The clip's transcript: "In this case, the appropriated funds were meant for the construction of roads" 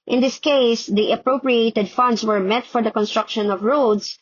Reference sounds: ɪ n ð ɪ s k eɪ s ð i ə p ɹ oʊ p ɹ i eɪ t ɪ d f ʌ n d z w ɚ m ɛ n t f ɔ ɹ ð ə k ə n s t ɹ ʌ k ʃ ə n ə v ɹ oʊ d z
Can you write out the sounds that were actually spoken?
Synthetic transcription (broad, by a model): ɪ n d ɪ s k eɪ s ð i ə p ɹ oʊ p ɹ i eɪ t ɪ d f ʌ n d s w ɚ m ɛ t f ɔ ɹ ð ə k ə n s t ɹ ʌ k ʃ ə n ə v ɹ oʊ d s